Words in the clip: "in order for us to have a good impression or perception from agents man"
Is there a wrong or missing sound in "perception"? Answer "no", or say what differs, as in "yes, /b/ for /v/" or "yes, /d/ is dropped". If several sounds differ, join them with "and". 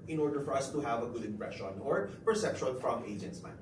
yes, /l/ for /n/